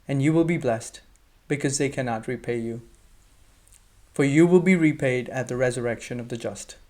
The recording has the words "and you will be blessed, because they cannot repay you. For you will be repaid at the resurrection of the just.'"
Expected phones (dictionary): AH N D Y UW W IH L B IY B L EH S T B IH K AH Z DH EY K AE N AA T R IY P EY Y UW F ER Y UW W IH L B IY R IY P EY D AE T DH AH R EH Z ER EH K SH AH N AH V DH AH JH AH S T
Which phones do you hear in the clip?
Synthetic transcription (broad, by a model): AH N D Y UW W IH L B IY B L EH S T B IH K AH Z DH EY K AE N AA T R IY P EY Y UW F ER Y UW W IH L B IY R IY P EY D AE T DH AH R EH Z ER EH K SH AH N AH V DH AH JH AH S T